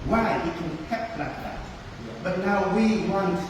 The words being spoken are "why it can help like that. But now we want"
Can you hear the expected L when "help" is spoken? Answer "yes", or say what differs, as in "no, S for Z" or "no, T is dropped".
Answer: no, L is dropped